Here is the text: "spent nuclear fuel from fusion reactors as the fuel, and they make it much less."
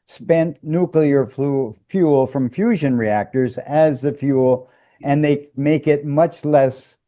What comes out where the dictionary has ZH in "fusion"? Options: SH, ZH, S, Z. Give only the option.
ZH